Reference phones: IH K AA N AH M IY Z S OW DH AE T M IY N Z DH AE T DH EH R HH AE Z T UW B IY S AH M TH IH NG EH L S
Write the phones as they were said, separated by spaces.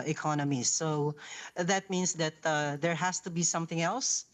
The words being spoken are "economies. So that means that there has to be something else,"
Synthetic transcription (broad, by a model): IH K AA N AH M IY S OW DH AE T M IY N S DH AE T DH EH R HH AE S T UW B IY S AH M TH IH NG EH L S